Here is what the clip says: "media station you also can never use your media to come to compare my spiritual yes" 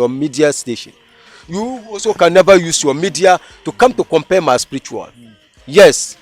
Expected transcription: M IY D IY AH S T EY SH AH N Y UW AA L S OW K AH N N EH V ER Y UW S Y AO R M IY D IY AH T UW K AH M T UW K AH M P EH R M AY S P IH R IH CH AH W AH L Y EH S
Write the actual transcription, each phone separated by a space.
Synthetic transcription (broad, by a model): M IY D IY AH S T EY SH AH N Y UW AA S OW K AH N N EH V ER Y UW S Y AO M IY D IY AH T UW K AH M T UW K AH M P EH M AY S P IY R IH CH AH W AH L Y EH S